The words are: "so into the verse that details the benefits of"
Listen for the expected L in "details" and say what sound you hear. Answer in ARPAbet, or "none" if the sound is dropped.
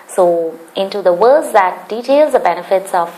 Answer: L